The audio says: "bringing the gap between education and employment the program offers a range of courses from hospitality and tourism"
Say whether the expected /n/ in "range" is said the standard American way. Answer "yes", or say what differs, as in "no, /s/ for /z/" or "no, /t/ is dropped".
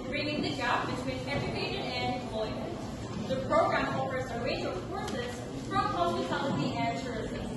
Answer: no, /n/ is dropped